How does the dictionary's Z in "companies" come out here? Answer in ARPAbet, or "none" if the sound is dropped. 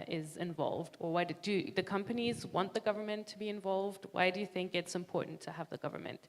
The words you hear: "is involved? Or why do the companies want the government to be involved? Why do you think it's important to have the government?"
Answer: Z